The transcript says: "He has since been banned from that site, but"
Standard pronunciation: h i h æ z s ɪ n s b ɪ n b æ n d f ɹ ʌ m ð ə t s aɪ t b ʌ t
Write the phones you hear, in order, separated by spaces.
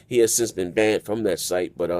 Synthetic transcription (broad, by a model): h i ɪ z s ɪ n s b ɪ n b æ n d f ɹ ʌ m ð ə t s aɪ t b ʌ t